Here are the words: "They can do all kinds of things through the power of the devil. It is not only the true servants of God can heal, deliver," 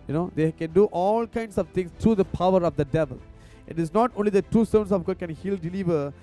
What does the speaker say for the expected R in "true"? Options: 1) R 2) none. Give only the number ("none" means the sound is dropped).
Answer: 2